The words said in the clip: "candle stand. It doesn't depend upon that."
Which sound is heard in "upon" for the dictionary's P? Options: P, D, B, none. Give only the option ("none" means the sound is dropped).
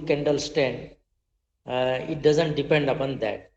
P